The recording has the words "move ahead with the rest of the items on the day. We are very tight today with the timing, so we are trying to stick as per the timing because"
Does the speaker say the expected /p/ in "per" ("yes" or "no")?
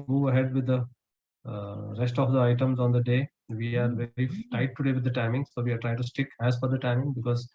no